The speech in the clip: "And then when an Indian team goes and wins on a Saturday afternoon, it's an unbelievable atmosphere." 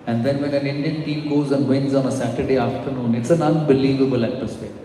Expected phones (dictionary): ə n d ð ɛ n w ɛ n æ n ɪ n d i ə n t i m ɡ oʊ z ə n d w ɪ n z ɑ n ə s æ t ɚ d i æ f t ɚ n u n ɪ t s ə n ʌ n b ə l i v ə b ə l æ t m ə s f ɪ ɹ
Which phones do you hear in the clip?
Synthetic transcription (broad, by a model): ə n d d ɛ n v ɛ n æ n ɪ n d i ə n t i m ɡ oʊ z ə n d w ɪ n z ɑ n ə s æ t ɚ d i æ f t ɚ n u n ɪ t s ə n ʌ n b ə l i v ə b ə l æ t m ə s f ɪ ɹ